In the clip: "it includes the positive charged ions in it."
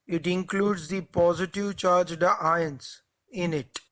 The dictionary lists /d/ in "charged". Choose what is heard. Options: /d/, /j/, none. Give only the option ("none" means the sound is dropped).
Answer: /d/